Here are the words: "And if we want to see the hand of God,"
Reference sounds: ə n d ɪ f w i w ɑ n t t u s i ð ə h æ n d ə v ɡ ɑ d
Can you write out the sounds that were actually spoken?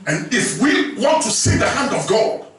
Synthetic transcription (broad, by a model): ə n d ɪ f w i w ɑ n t t u s i ð ə h æ n d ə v ɡ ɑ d